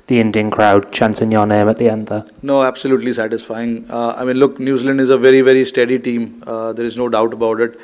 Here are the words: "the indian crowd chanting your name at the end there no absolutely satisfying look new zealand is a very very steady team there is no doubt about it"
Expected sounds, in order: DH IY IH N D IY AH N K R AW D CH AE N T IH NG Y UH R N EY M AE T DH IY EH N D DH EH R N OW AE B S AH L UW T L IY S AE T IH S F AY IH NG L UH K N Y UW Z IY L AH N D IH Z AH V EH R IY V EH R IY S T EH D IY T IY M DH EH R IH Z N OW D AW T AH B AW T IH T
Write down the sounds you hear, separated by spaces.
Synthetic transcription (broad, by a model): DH IY IH N D IY AH N K R AW D CH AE N S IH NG Y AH N EY M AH T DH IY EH N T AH N OW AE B S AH L UW T L IY S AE T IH S F AY IH NG L UH K N Y UW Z IY L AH N D IH Z AH V EH R IY V EH R IY S T EH D IY T IY M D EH R IH Z N OW D AW T AH B AW T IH T